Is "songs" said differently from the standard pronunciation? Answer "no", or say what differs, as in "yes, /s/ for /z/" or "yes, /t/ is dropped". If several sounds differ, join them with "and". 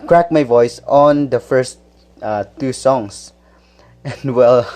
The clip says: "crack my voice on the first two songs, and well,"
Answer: yes, /s/ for /z/